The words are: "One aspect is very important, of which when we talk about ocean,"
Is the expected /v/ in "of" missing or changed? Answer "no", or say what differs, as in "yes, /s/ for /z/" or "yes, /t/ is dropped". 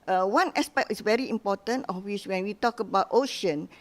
yes, /f/ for /v/